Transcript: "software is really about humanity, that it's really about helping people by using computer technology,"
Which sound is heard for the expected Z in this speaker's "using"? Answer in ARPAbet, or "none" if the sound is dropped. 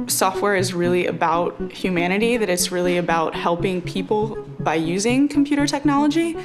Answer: Z